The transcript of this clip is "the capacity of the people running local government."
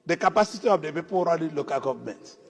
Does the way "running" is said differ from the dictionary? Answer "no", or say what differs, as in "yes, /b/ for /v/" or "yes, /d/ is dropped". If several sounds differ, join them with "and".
yes, /l/ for /n/